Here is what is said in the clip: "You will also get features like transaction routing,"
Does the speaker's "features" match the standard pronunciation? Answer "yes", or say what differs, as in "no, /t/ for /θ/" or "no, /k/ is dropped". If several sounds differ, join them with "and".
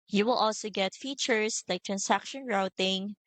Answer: no, /s/ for /z/